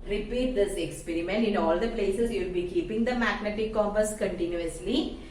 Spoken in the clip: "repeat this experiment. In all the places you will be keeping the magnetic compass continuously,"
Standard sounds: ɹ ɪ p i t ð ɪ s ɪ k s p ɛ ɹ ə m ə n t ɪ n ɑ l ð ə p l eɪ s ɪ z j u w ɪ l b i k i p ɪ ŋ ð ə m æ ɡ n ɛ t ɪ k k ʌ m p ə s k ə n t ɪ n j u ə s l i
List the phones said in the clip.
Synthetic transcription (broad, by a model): ɹ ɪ p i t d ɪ s ɪ k s p ɛ ɹ ə m ə n t ɪ n ɑ l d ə p l eɪ s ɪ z j u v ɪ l b i k i p ɪ ŋ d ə m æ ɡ n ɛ t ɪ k k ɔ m ə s k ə n t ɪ n j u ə s l i